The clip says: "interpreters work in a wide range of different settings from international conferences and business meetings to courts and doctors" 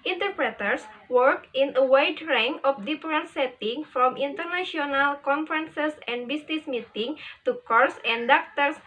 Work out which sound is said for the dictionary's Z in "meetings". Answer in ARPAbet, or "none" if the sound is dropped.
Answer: none